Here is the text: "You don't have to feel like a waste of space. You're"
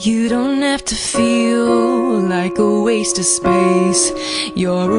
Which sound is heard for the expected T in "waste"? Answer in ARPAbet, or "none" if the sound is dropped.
T